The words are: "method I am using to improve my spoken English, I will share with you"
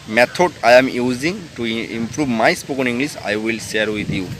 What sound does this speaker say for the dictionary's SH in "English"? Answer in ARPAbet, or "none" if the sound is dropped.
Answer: S